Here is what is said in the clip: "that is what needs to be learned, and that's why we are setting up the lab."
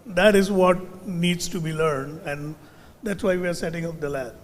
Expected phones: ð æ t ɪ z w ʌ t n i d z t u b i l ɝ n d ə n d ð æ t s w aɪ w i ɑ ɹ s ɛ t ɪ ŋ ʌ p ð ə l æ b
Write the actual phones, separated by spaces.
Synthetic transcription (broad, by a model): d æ t ɪ z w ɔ t n i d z t u b i l ɝ n d ə n d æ t s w aɪ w i ɑ ɹ s ɛ t ɪ ŋ ʌ p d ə l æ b